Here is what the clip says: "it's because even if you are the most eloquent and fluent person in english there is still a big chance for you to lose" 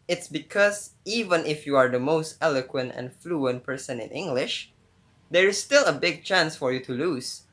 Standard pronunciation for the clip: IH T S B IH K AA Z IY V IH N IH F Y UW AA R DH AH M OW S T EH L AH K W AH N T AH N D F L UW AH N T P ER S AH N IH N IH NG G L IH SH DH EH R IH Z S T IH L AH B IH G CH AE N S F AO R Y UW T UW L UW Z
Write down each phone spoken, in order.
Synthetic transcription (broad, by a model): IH T S B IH K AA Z IY V IH N IH F Y UW AA R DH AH M OW S T EH L AH K W AH N T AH N F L UW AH N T P ER S AH N IH N IH NG G L IH SH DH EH R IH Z S T IH L AH B IH G CH AE N S F AO R Y UW T UW L UW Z